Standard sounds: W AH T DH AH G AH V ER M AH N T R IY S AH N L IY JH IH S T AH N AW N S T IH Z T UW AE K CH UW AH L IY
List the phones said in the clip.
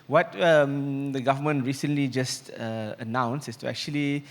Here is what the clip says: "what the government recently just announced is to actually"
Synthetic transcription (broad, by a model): W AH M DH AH G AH V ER M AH N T R IY S AH N L IY JH IH S T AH N AW N S IH S T UW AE K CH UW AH L IY